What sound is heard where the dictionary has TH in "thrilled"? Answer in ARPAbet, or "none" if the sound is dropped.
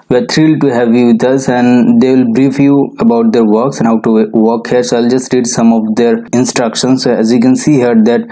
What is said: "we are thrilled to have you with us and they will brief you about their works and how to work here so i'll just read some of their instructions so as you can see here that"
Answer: T